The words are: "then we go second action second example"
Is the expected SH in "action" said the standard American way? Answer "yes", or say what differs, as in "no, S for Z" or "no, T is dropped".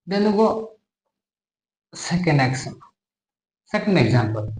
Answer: no, S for SH